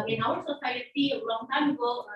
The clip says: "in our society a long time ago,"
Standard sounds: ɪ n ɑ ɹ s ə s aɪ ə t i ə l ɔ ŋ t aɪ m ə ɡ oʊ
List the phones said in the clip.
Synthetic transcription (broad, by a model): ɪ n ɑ w s ə s aɪ ə t i ə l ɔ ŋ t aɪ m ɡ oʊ